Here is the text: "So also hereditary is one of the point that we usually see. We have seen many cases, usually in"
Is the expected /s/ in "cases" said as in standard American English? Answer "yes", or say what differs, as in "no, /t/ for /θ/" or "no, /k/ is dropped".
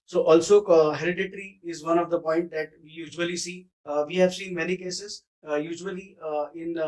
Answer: yes